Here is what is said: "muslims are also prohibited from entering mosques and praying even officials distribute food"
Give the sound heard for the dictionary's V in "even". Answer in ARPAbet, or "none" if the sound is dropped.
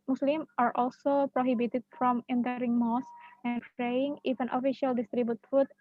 F